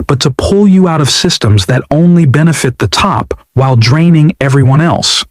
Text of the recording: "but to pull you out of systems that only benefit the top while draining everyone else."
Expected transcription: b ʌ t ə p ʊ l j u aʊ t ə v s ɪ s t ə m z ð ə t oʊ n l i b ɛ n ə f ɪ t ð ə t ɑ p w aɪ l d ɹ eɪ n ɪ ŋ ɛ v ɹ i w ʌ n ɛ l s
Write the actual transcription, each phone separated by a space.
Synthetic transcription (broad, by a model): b ʌ t ə p ʊ l j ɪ aʊ t ə v s ɪ s t ə m z ð ə t oʊ n l i b ɛ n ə f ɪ t ð ə t ɑ p w aɪ l d ɹ eɪ n ɪ ŋ ɛ v ɹ i w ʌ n ɛ l s